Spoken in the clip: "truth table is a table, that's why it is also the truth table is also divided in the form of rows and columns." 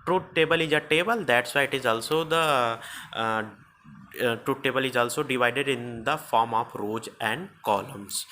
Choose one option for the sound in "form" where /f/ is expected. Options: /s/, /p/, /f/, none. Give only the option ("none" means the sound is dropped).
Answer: /f/